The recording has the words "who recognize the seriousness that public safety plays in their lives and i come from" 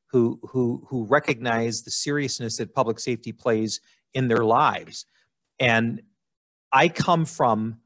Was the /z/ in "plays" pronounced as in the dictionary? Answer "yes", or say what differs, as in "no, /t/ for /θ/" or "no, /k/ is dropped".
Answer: yes